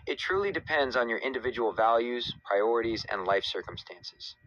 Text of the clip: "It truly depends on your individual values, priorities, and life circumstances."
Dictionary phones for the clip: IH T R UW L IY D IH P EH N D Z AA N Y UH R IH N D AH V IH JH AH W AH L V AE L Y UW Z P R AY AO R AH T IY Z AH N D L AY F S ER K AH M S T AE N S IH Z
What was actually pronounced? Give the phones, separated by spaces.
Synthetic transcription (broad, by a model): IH T R UW L IY D IH P EH N D Z N Y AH R IH N D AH V IH JH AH W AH L V AE L Y UW Z P R AY AO R AH T IY Z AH N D L AY F S ER K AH M S T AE N S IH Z